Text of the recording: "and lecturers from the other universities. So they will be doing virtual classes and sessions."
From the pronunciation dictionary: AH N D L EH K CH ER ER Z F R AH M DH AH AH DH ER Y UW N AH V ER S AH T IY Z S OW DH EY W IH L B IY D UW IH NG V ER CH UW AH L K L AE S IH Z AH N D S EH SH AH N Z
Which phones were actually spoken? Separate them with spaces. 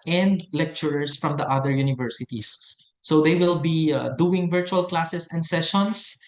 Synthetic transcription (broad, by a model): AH N D L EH K CH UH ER S F R AH M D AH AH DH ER Y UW N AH V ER S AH T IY S OW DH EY W IH L B IY D UW IH NG V ER CH UW AH L K L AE S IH S AH N D S EH SH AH N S